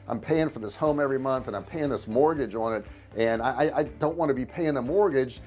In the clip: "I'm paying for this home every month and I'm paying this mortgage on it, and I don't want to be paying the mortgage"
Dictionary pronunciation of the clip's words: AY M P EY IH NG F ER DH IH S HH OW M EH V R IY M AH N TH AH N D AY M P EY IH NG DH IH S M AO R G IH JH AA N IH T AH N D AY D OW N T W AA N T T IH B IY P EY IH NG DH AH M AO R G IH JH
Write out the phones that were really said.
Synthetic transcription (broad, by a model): AY M P EY IH NG F ER DH IH S HH OW M EH V R IY M AH N TH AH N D AY M P EY IH NG DH IH S M AO R G IH JH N IH T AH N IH AY D OW N T W AA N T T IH B IY P EY IH NG DH AH M AO R G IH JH